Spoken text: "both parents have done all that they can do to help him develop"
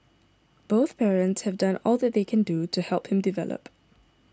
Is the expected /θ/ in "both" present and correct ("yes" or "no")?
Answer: yes